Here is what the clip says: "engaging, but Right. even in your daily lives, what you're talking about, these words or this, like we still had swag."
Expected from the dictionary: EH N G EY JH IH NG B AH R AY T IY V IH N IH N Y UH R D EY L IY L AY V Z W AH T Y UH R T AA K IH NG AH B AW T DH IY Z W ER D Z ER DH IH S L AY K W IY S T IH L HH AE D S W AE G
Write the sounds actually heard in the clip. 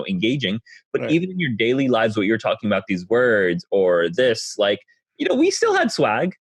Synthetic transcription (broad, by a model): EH N G EY JH IH NG B AH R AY T IY V IH N IH N Y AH R D EY L IY L AY V Z W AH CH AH R T AA K IH NG AH B AW T DH IY Z W ER D Z ER DH IH S L AY K W IY S T IH L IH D S W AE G